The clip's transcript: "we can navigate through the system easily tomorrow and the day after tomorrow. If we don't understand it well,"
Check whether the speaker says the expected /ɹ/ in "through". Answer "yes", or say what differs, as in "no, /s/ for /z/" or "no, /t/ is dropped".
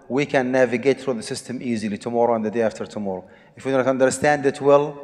yes